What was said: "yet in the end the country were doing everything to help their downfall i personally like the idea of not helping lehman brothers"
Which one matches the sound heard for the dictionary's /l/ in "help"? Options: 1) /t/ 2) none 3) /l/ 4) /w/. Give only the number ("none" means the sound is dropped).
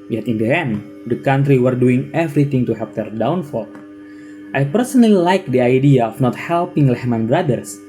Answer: 2